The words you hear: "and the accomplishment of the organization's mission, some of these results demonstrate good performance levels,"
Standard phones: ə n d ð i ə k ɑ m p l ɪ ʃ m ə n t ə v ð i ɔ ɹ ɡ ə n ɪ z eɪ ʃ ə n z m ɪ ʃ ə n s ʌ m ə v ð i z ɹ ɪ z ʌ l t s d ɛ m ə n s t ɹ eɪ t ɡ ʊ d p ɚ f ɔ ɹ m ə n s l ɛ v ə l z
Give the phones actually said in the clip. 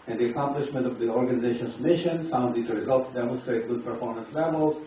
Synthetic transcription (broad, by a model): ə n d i ə k ɑ m p l ɪ ʃ m ə n t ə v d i ɔ ɹ ɡ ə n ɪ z eɪ ʃ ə n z m ɪ ʃ ə n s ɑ ə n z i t ɹ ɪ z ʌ l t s d ɛ m ə n s t ɹ eɪ t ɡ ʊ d p ɚ f ɔ ɹ m ə n s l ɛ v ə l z